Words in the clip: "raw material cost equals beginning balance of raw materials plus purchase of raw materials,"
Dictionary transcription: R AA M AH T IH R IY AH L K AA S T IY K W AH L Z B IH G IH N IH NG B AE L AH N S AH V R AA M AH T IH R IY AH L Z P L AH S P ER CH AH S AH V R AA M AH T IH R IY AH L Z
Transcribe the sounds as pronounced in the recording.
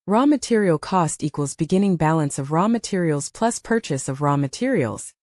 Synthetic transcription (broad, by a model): R AA M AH T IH R IY L K AA S T IY K W AH L Z B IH G IH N IH NG B AE L AH N S AH V R AA M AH T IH R IY L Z P L AH S P ER CH AH S AH V R AA M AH T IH R IY L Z